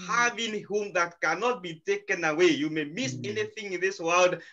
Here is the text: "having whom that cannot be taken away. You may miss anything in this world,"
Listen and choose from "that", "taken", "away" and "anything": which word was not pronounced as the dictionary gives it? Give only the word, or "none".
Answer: none